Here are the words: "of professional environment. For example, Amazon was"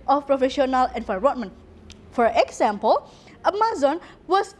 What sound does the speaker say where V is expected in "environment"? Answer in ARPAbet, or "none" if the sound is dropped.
F